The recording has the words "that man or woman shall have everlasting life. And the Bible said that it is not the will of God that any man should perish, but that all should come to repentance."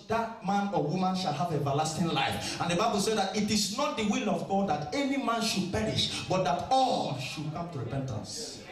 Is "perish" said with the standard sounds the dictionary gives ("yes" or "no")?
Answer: yes